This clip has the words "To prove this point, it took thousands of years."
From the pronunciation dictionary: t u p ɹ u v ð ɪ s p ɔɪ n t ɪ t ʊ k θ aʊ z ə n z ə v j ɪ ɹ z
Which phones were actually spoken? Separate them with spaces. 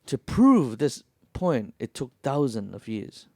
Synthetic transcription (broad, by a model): t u p ɹ u v ð ɪ s p ɔɪ n t ɪ t ʊ k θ aʊ z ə n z ə v j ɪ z